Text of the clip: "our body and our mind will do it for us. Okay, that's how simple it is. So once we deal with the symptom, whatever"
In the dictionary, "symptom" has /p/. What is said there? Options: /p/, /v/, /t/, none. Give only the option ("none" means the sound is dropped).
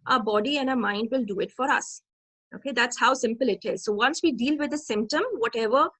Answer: /p/